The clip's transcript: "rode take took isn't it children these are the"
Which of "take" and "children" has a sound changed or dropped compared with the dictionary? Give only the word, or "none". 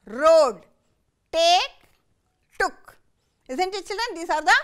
children